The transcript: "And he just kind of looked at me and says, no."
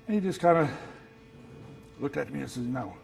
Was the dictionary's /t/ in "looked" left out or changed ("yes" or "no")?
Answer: no